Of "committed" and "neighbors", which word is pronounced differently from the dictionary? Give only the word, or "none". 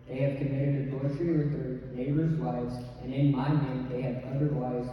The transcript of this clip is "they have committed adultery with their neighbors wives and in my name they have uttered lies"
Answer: none